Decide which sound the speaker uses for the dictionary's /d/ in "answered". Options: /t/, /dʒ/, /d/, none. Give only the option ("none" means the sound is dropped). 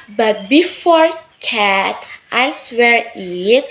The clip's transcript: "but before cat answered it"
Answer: none